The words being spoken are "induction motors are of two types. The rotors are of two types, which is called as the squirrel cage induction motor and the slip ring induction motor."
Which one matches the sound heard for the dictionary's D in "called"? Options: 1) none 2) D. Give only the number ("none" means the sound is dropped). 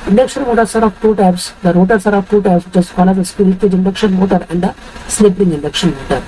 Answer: 1